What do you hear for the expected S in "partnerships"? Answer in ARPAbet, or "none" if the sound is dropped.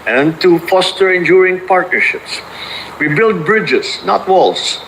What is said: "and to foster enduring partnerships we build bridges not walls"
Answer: S